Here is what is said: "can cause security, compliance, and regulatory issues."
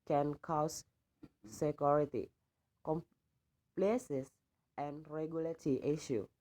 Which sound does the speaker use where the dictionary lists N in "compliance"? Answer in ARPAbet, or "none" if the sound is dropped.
none